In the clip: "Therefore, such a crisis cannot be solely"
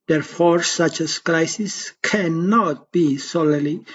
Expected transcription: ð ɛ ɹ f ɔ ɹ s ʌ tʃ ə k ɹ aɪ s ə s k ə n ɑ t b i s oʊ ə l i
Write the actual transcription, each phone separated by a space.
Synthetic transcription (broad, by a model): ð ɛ ɹ f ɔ ɹ s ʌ tʃ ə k l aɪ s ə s k ə n ɑ t b i s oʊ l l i